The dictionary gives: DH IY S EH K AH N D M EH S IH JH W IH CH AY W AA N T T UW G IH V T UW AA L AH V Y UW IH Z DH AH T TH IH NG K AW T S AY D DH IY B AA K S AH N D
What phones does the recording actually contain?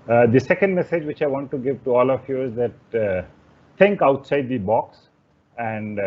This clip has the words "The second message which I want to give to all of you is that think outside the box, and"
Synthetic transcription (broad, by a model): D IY S EH K AH N D M EH S IH JH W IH CH AY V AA N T T UW G IH V T UW AA L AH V Y UW IH Z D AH T T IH NG K AW T S AY D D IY B AA K S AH N D